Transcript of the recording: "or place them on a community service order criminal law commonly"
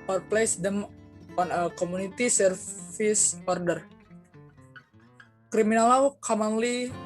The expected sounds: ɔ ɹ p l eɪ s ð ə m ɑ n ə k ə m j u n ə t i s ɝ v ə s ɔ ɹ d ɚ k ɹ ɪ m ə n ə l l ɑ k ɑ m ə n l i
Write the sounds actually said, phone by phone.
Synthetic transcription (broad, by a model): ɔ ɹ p l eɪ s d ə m ɑ n ə k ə m u n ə t i s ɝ f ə s ɔ ɹ d ɚ k ɹ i m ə n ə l l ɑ k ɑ m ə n l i